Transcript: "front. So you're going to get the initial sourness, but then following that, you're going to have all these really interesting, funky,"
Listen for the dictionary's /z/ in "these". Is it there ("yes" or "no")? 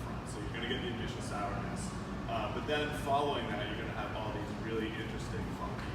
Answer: yes